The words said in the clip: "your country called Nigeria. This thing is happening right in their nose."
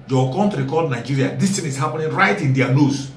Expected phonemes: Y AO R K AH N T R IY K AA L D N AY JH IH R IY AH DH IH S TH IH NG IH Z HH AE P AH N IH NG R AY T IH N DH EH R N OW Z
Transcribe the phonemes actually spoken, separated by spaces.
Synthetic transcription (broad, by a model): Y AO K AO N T R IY K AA D N AY JH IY R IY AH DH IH S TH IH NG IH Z HH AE P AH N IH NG R AY T IH N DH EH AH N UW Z